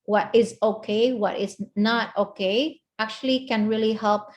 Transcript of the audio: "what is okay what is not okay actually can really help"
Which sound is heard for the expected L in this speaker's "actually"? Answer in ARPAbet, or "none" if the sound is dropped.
L